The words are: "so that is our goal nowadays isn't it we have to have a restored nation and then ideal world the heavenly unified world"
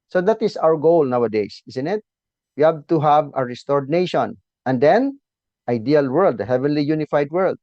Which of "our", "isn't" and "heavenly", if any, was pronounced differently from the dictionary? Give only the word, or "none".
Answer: isn't